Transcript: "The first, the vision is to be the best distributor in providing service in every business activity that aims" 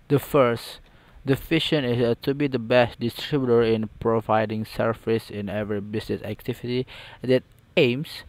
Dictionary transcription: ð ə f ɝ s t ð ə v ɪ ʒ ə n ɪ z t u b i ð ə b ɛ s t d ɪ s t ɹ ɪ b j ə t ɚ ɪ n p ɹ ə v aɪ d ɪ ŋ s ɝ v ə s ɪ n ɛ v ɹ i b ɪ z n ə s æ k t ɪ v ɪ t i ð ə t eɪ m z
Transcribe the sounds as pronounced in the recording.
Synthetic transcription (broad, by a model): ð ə f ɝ s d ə f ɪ ʃ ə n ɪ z t u b i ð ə b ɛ s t d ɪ s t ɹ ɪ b j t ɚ ɪ n p ɹ ə v aɪ d ɪ ŋ s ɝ f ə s ɪ n ɛ v ɹ i b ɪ s n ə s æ k t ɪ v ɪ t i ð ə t eɪ m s